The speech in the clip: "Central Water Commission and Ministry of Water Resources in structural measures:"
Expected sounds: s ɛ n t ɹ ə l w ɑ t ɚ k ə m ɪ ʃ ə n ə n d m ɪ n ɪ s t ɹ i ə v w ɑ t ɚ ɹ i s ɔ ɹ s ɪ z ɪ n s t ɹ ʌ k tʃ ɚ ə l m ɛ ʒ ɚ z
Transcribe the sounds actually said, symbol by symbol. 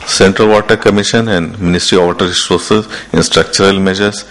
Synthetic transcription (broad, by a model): s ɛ n t ɹ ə l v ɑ t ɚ k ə m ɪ ʃ ə n ə n d m ɪ n ɪ s t ɹ i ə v t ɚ ɹ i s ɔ ɹ s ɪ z ɪ n s t ɹ ʌ k tʃ ɚ ə l m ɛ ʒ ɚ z